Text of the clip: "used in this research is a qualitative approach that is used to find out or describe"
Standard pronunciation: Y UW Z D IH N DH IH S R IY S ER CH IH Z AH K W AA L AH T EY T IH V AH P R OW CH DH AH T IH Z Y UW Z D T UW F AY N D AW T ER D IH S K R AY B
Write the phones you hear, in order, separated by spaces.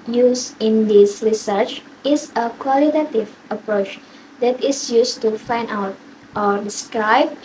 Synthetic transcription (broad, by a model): Y UW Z IH N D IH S R IY S ER CH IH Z AH K W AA L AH T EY T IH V AH P R OW CH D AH T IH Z Y UW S T UW F AY N D AW T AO D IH S K R AY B